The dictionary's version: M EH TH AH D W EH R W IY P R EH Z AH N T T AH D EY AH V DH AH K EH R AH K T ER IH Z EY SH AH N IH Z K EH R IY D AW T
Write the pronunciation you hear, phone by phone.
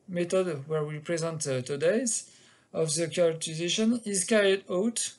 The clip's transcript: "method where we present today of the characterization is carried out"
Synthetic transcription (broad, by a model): M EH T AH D W EH R W IY P R EH Z AH N T T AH D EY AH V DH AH K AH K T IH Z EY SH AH N IH Z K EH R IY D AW T